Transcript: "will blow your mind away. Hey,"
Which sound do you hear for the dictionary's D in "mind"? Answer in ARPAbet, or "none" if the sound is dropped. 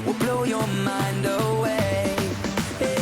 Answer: D